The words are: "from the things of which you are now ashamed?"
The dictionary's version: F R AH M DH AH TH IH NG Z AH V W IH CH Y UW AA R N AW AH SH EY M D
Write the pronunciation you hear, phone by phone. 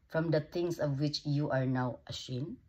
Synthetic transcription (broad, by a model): F R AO M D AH T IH NG S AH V W IH CH Y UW AA R N AW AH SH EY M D